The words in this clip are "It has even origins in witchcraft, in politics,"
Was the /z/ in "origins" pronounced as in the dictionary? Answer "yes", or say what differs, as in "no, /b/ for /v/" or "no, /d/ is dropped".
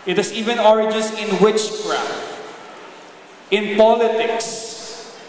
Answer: no, /s/ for /z/